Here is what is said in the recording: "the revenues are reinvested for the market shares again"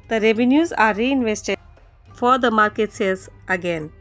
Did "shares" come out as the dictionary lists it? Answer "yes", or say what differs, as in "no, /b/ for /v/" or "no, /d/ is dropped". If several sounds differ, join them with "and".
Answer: no, /s/ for /ʃ/